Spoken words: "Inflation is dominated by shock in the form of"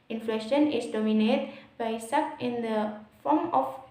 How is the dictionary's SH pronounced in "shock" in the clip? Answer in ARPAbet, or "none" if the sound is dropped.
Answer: S